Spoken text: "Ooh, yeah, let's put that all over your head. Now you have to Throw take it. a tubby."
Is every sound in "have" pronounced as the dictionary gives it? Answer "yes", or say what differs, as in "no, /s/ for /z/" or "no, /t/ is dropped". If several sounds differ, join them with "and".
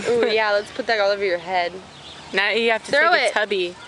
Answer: no, /f/ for /v/